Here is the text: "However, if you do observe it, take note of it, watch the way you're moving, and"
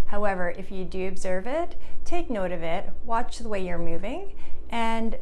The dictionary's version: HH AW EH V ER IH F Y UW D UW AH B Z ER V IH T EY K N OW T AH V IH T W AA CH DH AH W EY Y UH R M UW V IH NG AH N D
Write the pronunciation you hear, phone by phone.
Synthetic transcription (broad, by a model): HH AW EH V ER IH F Y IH D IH AH B Z ER V IH T EY K N OW T AH V IH T W AA CH DH AH W EY Y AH R M UW V IH NG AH N